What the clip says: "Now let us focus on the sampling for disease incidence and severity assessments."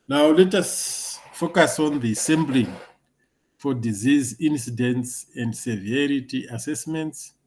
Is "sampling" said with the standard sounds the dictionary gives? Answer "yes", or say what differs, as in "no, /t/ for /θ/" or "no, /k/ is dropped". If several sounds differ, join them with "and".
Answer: no, /b/ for /p/